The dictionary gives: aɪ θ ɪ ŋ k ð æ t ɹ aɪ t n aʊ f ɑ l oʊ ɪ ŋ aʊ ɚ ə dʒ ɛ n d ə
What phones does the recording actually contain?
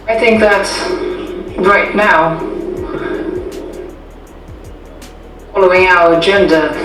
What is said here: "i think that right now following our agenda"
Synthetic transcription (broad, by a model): aɪ θ ɪ ŋ k ð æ t ɹ aɪ t n aʊ f ɑ l oʊ ɪ ŋ aʊ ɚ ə dʒ ɛ n d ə